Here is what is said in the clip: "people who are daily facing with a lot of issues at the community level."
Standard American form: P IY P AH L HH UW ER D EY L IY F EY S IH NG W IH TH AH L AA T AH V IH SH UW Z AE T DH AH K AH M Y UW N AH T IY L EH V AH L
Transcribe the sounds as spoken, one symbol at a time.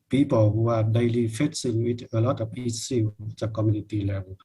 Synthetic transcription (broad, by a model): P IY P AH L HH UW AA D EY L IY F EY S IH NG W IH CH AH L AA T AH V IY S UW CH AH K AH M Y UW N AH T IY L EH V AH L